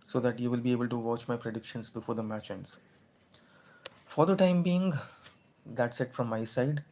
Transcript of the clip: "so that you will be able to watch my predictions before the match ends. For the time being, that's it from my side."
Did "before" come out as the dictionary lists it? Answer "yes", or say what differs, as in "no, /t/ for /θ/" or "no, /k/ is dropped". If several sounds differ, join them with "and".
yes